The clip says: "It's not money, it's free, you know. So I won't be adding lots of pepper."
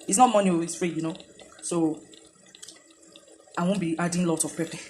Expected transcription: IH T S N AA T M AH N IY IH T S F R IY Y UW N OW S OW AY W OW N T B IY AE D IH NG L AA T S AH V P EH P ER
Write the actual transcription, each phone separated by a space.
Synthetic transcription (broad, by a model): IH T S N AA T M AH N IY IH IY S F R IY Y UW N OW S OW AY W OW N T B IY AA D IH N L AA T AH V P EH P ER